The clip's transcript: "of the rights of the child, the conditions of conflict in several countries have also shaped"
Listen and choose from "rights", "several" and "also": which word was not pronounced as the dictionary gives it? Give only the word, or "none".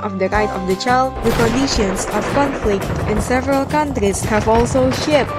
rights